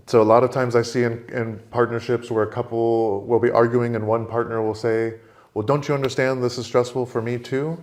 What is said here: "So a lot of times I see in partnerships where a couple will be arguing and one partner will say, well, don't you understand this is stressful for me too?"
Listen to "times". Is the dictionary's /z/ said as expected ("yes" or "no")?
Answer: yes